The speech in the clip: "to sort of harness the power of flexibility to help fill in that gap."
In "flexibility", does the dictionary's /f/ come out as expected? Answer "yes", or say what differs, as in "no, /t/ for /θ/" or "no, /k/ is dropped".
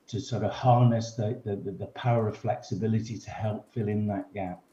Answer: yes